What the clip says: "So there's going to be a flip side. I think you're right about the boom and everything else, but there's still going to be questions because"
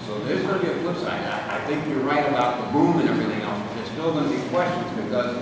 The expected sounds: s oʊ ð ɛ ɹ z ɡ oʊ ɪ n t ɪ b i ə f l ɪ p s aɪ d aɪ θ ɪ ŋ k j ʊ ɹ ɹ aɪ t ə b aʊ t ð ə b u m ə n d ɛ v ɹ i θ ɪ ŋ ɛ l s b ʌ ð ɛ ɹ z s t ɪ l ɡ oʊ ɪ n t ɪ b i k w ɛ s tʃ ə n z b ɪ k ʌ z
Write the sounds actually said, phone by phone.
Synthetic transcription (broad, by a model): s oʊ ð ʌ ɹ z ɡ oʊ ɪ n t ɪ b i ə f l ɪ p s aɪ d aɪ θ ɪ ŋ k j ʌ ɹ ɹ aɪ t ə b aʊ t ð ə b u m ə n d ɛ v ɹ i θ ɪ ŋ ɛ l s b ʌ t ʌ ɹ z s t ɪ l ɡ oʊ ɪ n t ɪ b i k w ɛ s tʃ ə n z b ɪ k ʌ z